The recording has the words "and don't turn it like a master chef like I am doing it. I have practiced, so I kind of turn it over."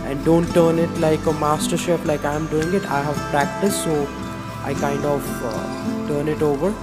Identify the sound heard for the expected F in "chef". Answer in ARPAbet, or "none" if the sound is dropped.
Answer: P